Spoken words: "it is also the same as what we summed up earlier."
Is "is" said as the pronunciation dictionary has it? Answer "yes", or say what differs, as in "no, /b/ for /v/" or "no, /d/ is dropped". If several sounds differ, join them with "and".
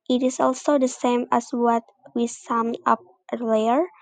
no, /s/ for /z/